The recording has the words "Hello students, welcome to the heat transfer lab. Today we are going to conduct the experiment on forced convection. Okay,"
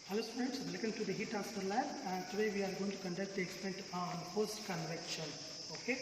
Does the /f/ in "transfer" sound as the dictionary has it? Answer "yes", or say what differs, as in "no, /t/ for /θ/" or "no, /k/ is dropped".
no, /f/ is dropped